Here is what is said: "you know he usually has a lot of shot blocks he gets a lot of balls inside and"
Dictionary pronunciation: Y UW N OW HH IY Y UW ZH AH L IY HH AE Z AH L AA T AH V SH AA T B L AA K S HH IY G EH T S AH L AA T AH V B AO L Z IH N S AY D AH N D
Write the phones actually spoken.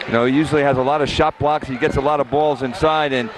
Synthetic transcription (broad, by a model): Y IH N OW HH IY Y UW ZH L IY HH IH Z AH L AA T AH V SH AA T B L AA K S HH IY G EH T S AH L AA T AH V B AO L Z IH N S AY D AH N